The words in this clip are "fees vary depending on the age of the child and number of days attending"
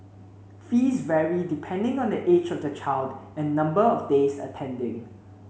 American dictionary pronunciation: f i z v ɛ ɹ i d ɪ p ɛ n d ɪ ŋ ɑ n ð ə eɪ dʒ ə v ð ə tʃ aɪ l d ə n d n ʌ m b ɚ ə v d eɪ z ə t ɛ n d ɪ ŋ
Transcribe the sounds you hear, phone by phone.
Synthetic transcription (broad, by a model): f i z v ɛ ɹ i d ɪ p ɛ n d ɪ ŋ ɑ n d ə eɪ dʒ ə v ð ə tʃ aɪ l d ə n n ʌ m b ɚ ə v d eɪ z ə t ɛ n d ɪ ŋ